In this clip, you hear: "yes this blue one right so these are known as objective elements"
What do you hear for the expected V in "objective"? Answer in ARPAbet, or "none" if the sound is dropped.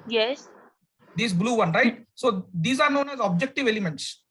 V